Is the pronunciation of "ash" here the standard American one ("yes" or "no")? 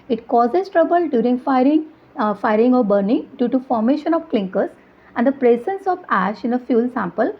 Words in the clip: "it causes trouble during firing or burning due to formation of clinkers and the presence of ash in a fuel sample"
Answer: yes